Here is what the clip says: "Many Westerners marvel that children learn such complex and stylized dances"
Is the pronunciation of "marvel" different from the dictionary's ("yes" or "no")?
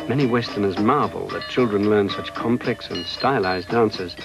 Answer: no